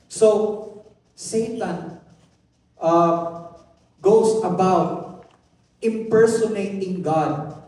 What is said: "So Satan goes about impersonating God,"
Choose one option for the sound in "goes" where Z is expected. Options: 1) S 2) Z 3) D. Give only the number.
1